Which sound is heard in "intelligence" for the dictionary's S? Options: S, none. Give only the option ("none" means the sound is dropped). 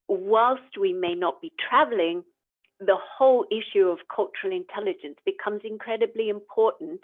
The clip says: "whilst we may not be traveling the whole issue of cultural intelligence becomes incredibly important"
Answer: S